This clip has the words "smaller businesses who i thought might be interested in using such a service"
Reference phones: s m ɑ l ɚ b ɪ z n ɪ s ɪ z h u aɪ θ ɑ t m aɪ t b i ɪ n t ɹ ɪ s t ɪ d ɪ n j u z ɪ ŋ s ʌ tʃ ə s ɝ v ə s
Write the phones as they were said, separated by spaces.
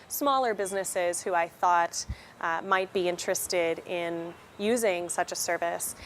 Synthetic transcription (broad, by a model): s m ɑ l ɚ b ɪ z n ɪ s ɪ z h u aɪ θ ɑ t m aɪ t b i ɪ n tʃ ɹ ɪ s t ɪ d ɪ n j u z ɪ ŋ s ʌ tʃ ə s ɝ v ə s